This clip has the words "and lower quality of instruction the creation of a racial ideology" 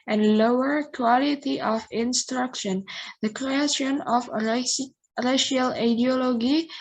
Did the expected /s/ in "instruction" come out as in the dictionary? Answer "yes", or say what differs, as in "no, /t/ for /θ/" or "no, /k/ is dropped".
yes